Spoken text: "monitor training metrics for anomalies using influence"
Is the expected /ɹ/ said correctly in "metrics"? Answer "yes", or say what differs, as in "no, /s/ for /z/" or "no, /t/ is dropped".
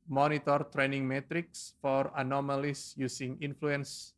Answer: yes